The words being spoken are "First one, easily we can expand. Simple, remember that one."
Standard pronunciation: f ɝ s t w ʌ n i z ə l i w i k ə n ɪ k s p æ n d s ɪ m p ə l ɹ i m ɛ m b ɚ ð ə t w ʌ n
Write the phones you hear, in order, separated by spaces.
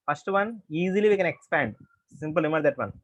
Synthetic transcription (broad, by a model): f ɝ s t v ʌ n i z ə l i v i k ə n ɪ k s p æ n d s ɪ m p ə l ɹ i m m ɚ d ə t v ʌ n